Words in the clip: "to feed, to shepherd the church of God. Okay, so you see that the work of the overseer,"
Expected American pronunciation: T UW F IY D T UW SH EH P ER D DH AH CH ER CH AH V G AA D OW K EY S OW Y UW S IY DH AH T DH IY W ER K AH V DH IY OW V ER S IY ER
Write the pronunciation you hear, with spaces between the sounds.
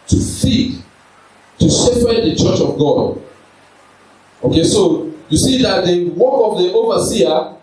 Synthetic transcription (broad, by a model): T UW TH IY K T UW S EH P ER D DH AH CH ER CH AH V G AA D OW K EY S OW Y UW S IY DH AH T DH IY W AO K AH V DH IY OW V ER S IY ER